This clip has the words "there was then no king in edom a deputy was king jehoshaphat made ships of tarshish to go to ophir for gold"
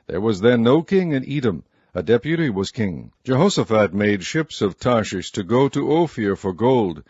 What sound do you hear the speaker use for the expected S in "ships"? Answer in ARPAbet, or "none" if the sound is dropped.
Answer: S